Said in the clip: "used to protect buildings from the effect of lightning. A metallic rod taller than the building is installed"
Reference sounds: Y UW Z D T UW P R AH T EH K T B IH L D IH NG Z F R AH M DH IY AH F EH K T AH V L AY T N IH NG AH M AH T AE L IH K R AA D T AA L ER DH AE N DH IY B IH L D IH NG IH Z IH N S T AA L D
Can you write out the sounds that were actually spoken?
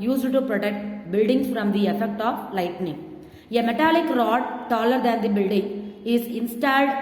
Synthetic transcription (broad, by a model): Y UW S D T UW P R AH T EH K T B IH L D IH NG S F R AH M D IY AH F EH K T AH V L AY T N IH NG AH M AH T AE L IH K R AA D T AA L ER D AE N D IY B IH L D IH NG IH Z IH N S T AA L D